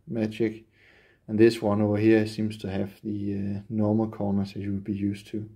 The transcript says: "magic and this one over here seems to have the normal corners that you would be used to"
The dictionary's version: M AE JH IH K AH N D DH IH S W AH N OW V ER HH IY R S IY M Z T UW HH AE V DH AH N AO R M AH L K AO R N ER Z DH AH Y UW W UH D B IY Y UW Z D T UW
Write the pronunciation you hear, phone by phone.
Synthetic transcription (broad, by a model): M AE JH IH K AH N DH IH S W AH N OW ER HH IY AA S IY M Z T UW HH AE V DH AH N AO M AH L K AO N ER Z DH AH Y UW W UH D B IY Y UW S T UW